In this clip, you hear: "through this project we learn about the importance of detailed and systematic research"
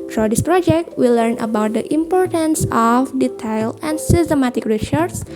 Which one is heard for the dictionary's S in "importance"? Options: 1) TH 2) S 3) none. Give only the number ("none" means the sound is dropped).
2